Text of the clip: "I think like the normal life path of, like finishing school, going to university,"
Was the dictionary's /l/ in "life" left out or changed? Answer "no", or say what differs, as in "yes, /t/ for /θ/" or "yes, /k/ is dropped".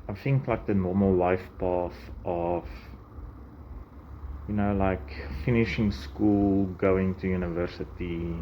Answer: yes, /w/ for /l/